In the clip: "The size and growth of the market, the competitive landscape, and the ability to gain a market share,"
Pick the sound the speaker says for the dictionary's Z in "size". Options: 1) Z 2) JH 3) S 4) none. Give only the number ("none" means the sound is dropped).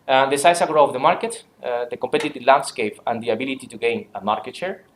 3